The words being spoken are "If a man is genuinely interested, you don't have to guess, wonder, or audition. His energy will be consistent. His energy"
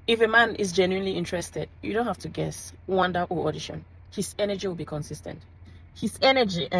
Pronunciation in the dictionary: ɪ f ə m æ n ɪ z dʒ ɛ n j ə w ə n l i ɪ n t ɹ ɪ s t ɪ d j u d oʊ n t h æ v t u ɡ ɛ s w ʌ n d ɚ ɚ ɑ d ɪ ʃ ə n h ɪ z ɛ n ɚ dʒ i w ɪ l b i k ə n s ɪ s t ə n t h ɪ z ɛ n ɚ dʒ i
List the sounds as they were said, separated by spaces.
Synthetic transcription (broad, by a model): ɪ f ə m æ n ɪ z dʒ ɛ n j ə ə n l i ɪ n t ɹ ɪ s t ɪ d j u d oʊ n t h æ f t u ɡ ɛ s w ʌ n d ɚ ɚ ɑ d ɪ ʃ ə n h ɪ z ɛ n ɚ dʒ i w ɪ l b i k ə n s ɪ s t ə n t h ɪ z ɛ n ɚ dʒ i